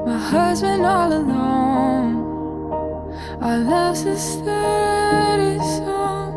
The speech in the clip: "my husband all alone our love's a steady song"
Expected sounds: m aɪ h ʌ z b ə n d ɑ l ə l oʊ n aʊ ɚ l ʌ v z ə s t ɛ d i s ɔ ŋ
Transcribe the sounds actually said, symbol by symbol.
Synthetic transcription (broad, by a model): m aɪ h ʌ z b ə n d ɑ l ə l oʊ n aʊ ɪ l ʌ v ə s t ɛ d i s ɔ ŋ